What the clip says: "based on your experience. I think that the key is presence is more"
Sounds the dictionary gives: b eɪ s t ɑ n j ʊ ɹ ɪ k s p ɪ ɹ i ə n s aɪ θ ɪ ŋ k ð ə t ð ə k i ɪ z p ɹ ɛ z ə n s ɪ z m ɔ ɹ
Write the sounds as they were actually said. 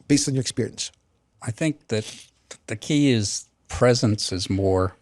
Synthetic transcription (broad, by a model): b eɪ s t n j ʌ ɹ ɪ k s p ɪ ɹ i ə n s aɪ θ ɪ ŋ k ð ə t ð ə k i ɪ z p ɹ ɛ z ə n s ɪ z m ɔ ɹ